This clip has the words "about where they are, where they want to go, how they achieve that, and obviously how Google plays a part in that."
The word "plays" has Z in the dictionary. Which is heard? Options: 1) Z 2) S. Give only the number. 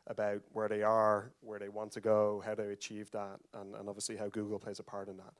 1